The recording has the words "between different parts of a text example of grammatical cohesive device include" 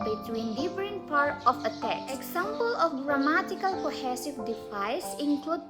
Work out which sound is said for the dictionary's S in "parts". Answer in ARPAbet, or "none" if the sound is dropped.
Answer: none